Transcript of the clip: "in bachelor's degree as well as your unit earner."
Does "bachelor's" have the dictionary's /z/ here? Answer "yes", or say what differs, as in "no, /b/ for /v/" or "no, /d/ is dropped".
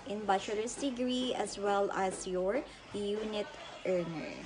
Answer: no, /s/ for /z/